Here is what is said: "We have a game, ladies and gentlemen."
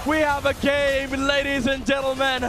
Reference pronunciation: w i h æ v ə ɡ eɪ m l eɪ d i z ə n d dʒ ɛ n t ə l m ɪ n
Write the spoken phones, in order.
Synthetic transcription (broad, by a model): w i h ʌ v ə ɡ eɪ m l eɪ d i z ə n dʒ ɛ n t l m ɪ n